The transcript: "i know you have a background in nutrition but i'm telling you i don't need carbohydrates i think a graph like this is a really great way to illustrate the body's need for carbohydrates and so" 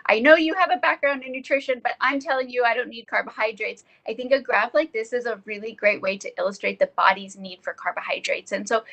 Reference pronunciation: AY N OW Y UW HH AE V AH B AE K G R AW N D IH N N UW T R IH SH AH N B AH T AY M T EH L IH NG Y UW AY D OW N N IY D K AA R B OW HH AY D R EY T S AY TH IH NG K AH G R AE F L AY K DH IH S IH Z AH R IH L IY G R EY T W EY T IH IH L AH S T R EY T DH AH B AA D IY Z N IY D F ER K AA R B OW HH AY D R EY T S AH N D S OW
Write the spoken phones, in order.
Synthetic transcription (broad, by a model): AY N OW Y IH V AH B AE K G R AW N D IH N N UW T R IH SH AH N B AH T AY M T EH L IH NG Y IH AY D OW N N IY D K AA R B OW HH AY D R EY T S AY TH IH NG K AH G R AE F L AY K DH IH S IH Z AH R IH L IY G R EY T W EY T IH IH L AH S T R EY T DH AH B AA D IY Z N IY D F ER K AA R B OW HH AY D R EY T S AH N S OW